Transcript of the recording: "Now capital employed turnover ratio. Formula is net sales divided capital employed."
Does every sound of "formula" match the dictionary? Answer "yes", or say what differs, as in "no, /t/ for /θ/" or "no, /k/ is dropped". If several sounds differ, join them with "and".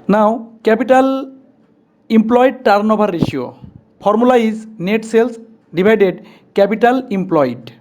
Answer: no, /p/ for /f/